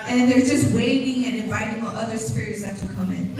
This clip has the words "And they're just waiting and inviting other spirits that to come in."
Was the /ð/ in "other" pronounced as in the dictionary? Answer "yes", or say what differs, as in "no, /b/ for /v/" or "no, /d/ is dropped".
yes